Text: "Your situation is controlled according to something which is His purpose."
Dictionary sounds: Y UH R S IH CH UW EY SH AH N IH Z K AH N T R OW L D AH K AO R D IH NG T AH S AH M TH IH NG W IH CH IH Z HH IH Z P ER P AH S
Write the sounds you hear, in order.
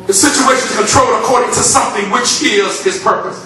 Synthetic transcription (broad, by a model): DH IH S IH CH UW EY SH AH N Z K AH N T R OW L AH K AO R D IH NG T AH S AH M TH IH NG W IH CH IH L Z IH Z P ER P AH S